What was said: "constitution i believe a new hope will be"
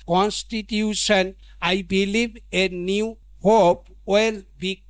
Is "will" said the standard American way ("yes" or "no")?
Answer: yes